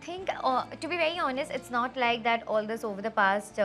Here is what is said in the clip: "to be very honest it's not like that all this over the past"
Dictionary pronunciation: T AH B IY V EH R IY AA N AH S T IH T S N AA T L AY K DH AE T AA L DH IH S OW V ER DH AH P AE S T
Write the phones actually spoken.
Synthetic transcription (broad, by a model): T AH B IY V EH R IY AA N AH S T IH T S N AA T L AY K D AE T AA L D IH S OW V ER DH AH P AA S T